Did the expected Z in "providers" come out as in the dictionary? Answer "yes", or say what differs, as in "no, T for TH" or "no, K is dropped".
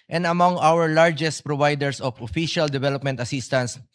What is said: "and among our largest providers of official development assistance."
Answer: no, S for Z